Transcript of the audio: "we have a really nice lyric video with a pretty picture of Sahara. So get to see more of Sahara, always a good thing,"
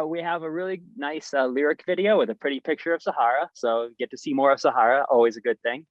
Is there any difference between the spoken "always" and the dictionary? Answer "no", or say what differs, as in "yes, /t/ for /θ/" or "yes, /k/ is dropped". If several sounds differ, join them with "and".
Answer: no